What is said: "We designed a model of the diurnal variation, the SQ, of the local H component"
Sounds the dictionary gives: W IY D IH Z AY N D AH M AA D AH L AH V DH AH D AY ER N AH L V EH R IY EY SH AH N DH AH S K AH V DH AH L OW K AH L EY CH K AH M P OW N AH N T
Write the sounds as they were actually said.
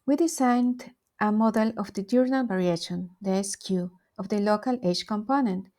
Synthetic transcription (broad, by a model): W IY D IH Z AY N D AH M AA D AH L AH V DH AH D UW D N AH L B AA R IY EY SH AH N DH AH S K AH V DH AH L OW K AH L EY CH K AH M P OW N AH N T